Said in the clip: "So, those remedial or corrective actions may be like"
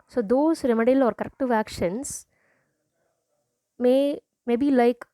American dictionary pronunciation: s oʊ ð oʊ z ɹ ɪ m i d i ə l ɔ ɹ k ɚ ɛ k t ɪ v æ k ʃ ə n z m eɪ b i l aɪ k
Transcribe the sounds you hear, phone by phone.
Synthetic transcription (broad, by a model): s oʊ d oʊ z ɹ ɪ m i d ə l ɔ ɹ k ɚ ɛ k t ɪ v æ k ʃ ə n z m eɪ b i l aɪ k